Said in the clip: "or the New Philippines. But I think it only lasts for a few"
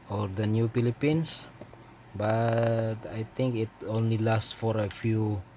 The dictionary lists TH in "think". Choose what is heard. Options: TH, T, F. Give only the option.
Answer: T